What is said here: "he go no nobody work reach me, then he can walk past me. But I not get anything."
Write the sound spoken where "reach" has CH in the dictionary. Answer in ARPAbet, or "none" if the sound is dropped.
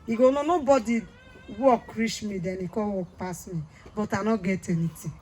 SH